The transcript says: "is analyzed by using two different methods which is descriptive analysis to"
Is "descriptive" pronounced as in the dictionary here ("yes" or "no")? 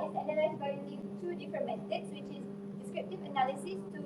yes